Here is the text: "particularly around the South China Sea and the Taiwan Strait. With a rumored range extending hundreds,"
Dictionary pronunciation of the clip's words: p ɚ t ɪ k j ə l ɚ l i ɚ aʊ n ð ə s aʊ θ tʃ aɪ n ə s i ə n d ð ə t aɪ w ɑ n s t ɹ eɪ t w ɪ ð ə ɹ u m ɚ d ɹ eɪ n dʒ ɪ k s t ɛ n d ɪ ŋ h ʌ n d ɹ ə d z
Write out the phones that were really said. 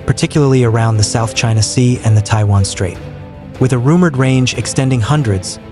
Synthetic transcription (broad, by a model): p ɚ t ɪ k j l ɚ l i ɚ aʊ n ð ə s aʊ θ tʃ aɪ n ə s i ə n ð ə t aɪ w ɑ n s t ɹ eɪ t w ɪ ð ə ɹ u m ɚ d ɹ eɪ n dʒ ɪ k s t ɛ n d ɪ ŋ h ʌ n d ɹ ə d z